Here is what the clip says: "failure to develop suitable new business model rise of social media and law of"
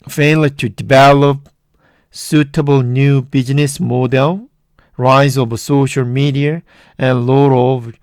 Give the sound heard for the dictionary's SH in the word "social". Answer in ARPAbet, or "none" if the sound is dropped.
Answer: SH